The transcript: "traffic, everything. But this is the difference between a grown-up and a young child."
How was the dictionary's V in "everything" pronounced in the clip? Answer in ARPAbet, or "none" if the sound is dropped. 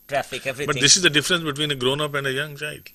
none